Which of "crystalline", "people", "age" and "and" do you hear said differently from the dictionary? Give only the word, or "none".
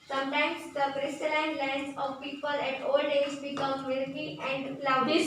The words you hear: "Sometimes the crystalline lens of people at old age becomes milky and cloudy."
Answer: age